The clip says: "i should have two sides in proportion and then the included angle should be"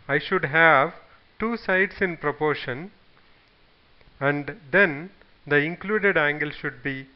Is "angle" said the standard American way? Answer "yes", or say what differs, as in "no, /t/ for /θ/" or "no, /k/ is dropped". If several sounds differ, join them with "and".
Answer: yes